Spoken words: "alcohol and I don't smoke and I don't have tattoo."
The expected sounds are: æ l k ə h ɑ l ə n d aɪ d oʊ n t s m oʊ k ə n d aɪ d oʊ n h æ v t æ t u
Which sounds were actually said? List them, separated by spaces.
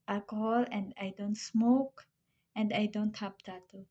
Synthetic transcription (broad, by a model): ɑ l k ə h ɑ l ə n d aɪ d oʊ n t s m oʊ k ə n d aɪ d oʊ n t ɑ p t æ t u